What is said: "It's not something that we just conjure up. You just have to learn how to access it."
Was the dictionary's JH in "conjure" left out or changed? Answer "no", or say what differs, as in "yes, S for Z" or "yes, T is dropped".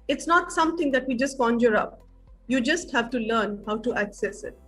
no